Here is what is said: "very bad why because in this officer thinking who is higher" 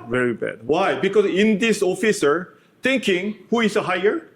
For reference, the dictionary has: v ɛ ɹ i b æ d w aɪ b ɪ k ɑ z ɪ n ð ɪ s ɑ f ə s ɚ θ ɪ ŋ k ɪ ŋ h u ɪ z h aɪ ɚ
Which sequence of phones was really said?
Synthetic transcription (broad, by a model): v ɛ ɹ i b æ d w aɪ b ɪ k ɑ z ɪ n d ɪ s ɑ f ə s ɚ t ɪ ŋ k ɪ ŋ h u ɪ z h aɪ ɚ